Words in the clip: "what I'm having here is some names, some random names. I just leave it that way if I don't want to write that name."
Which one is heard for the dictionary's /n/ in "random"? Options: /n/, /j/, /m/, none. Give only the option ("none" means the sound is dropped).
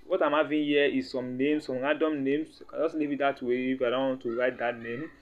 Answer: none